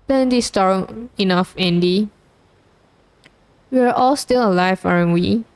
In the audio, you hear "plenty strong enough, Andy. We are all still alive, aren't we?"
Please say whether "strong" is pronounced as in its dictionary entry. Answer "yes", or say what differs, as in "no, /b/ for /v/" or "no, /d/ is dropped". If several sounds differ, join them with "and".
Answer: no, /ɹ/ is dropped